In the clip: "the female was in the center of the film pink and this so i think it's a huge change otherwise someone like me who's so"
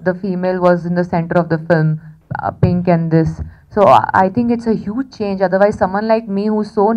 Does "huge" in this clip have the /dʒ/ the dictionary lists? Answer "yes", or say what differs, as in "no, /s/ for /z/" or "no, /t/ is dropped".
yes